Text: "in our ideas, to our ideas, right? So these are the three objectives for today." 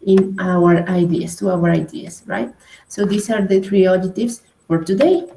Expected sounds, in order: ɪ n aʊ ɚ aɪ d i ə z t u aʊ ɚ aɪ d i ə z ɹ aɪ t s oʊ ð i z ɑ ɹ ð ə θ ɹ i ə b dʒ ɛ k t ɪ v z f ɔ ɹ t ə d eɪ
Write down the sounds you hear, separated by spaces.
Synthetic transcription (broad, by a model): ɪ n aʊ ɚ aɪ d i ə s t u aʊ ɚ aɪ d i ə s ɹ aɪ t s oʊ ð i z ɑ ɹ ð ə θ ɹ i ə dʒ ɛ t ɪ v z f ɔ ɹ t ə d eɪ